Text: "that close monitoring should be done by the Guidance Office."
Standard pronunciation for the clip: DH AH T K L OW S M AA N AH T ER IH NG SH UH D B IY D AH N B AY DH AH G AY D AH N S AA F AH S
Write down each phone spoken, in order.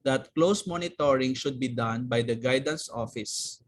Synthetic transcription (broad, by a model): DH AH T K L OW S M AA N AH T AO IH NG SH UH D B IY D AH N B AY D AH G AY D AH N S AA F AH S